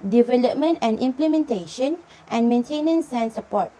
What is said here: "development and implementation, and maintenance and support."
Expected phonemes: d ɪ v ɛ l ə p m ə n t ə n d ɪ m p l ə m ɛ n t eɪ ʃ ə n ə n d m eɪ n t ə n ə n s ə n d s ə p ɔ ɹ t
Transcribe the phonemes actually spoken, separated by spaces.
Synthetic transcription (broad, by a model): d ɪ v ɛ l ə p m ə n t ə n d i m p l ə m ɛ n t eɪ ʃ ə n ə n m eɪ n t ə n ə n s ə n s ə p ɔ t